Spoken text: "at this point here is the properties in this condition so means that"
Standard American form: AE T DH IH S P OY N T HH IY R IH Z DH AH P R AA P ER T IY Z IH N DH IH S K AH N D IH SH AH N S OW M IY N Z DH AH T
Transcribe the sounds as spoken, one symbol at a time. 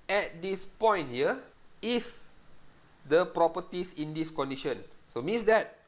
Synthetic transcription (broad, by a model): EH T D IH S P OY N T HH IY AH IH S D AH P R AA P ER T IY S IH N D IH S K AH N D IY SH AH N S OW M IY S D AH T